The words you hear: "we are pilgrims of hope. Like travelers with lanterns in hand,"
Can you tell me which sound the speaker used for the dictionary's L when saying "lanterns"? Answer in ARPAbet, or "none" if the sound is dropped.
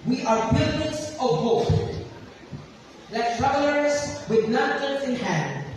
N